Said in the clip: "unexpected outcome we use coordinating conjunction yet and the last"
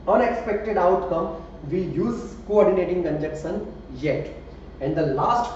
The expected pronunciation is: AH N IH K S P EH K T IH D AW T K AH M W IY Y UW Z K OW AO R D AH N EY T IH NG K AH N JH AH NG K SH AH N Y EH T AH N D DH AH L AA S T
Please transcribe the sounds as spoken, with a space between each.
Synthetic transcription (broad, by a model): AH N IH K S P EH K T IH D AW T K AH M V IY Y UW Z K OW AO R D AH N EY T IH NG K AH N JH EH K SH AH N Y EH T AH N D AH L AA S T